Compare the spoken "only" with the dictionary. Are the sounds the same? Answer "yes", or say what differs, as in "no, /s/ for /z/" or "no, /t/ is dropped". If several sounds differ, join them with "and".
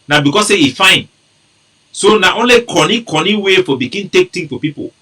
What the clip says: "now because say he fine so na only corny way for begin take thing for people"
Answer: yes